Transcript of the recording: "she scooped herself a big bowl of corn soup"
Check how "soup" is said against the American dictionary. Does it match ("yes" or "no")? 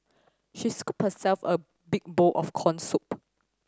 yes